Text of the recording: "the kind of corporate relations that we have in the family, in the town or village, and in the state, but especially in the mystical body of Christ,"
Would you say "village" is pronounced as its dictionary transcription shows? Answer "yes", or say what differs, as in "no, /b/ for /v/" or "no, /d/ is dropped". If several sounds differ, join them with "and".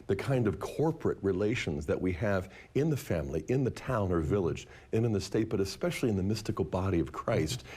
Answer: yes